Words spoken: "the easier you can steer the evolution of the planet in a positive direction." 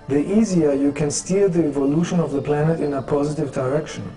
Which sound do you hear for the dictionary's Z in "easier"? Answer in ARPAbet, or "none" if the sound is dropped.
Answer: Z